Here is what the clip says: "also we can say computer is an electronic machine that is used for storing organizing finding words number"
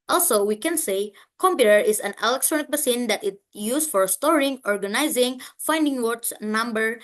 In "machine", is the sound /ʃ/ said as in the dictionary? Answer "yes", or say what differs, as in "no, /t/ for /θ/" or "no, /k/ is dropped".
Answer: no, /s/ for /ʃ/